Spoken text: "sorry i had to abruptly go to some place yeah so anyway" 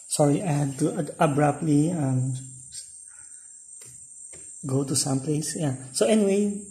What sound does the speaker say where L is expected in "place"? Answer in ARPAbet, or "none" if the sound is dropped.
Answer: L